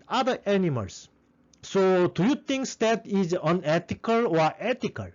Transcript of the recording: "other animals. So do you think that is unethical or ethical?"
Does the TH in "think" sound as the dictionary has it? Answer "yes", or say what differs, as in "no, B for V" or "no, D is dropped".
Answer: no, T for TH